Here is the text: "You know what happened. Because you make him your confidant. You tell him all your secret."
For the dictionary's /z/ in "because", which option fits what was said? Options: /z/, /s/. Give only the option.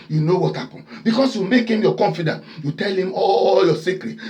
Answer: /s/